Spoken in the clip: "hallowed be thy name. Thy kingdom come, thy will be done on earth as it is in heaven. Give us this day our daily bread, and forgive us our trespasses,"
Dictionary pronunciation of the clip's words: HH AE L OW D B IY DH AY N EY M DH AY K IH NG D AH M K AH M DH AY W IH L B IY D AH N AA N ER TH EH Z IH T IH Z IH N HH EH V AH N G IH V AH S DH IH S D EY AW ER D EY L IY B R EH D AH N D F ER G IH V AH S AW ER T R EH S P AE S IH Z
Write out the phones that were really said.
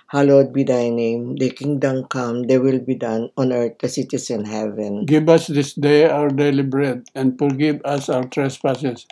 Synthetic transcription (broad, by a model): HH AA L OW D B IY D AY N EY M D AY K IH NG D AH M K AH M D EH W IH L B IY D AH N AA N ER T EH S IH T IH S IH N HH EH V AH N G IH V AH S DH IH S D EY AW ER D EY L IY B R EH D AH N D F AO G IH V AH S AW ER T R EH S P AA S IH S